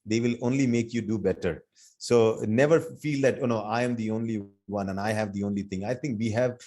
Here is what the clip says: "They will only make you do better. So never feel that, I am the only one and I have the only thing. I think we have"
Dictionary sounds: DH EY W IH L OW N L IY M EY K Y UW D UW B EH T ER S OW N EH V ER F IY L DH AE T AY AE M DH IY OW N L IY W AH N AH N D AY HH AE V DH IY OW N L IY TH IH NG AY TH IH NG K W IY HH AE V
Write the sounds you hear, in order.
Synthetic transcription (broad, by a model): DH EY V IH L OW N L IY M EY K Y UW D UW B EH T ER S OW N EH V ER F IY L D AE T AY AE M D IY OW N L IY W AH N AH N AY HH AE V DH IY OW N L IY T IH NG AY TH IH NG K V IY HH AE V